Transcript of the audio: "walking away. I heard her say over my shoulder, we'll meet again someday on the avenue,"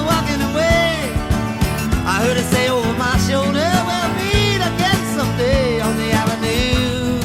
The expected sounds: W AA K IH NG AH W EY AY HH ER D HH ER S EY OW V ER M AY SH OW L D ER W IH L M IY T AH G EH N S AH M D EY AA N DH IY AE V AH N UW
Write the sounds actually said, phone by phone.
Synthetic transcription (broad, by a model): W AA K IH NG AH W EY AY HH ER D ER S EY OW V ER M AY SH OW L D ER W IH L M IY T AH G EH N S AH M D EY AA N DH IY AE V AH N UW